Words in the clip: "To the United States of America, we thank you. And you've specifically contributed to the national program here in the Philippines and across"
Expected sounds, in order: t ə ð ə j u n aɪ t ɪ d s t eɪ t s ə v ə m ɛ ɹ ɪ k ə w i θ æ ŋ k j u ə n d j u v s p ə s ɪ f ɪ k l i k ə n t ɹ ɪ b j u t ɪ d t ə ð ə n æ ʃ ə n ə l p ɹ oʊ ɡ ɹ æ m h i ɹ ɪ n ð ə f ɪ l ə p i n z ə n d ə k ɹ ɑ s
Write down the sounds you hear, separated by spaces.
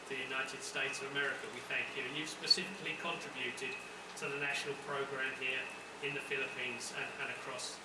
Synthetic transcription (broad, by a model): ð ə j u n aɪ t ɪ d s t eɪ t s ə v ə m ɛ ɹ ɪ k ə w i θ æ ŋ k j u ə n j u v s p ə s ɪ f ɪ k l i k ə n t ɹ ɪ b j u t ɪ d t ə ð ə n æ ʃ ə n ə l p ɹ oʊ ɡ ɹ æ m h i ɹ ɪ n ð ə f ɪ l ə p i n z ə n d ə k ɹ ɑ s